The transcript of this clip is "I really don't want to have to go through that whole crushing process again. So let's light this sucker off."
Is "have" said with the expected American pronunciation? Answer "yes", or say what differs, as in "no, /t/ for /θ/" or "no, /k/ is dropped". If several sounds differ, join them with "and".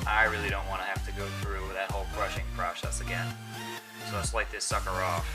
no, /f/ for /v/